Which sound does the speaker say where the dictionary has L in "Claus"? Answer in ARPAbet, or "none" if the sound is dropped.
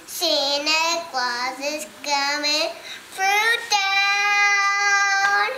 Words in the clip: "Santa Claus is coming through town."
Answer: W